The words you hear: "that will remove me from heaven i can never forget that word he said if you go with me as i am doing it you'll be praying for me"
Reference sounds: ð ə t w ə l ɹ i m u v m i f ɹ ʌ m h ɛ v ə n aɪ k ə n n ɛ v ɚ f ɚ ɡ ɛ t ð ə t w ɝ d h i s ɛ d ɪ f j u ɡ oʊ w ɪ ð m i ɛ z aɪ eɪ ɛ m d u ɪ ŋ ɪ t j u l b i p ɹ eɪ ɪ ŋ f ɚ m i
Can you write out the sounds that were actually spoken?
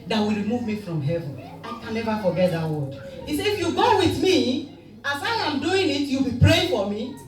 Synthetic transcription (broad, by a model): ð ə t w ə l ɹ i m u v m i f ɹ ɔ m h ɛ v ə n aɪ k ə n n ɛ v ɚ f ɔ ɡ ɛ t ð ə t w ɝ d h i s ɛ ɪ f j u ɡ oʊ w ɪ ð m i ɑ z aɪ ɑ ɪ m d u ɪ ŋ ɪ t j u l b i p ɹ eɪ ɪ ŋ f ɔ m i